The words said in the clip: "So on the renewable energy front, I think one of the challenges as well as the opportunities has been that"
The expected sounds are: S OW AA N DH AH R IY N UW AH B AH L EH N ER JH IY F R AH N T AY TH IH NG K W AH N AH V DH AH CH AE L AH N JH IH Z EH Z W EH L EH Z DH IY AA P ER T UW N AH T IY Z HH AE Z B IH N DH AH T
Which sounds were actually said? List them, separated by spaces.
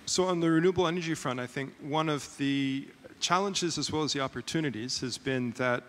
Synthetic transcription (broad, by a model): S OW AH N DH AH R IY N UW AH B L EH N ER JH IY F R AH N T AY TH IH NG K W AH N AH V DH AH CH AE L AH N JH IH Z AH Z W EH L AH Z DH IY AA P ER T UW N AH T IY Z HH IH Z B IH N DH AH T